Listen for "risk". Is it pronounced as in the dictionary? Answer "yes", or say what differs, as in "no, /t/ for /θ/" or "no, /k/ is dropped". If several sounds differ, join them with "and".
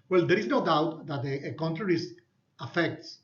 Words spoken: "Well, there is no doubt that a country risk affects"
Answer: no, /k/ is dropped